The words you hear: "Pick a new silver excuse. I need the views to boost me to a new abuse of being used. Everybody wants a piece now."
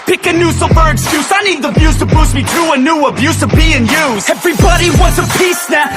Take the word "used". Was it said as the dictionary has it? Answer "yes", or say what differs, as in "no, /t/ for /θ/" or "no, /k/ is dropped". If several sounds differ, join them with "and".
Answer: no, /d/ is dropped